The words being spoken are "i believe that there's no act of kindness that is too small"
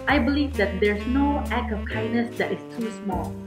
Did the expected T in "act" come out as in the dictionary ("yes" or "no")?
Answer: no